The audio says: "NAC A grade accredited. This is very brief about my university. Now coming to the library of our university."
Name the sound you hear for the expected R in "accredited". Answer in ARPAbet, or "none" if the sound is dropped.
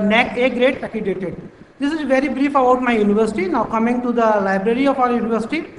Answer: none